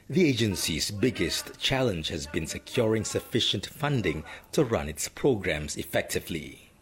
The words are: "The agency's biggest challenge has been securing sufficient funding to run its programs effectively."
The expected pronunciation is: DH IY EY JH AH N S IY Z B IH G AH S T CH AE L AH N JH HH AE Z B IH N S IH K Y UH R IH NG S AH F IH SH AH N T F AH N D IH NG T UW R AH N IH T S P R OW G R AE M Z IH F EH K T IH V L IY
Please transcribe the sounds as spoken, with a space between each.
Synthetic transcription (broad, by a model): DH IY EY JH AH N S IY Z B IH G AH S T CH AE L AH N JH HH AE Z B IH N S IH K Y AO R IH NG S AH F IH SH AH N T F AH N D IH NG T UW R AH N IH T S P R OW G R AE M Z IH F EH K T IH V L IY